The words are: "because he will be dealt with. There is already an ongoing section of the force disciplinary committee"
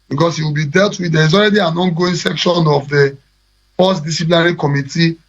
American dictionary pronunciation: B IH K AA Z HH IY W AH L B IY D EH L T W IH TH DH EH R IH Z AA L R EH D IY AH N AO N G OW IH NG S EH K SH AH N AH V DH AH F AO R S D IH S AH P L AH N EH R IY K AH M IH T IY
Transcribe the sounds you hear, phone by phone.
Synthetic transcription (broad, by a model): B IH K AA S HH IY W AH L B IY D EH L T W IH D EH R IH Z AA L R EH D IY AH N AO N G OW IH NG S EH K SH AH N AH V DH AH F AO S D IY S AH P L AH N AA R IY K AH M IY T IY